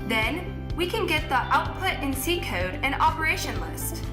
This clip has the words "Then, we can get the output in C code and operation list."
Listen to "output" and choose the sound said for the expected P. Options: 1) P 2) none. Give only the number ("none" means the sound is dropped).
1